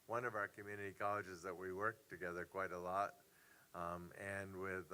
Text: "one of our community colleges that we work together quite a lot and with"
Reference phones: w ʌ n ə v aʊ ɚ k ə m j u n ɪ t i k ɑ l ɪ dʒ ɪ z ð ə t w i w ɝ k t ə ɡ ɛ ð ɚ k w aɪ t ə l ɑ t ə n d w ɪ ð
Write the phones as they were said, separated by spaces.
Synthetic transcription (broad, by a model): w ʌ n ə v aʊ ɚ k ə m j u n ɪ t i k ɑ l ɪ dʒ ɪ z ð ə t w i w ɝ k t ə ɡ ɛ ð ɚ k w aɪ t ə l ɑ t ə n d w ɪ ð